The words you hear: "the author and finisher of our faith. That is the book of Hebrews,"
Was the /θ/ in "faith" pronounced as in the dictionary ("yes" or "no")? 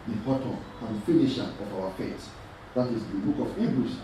no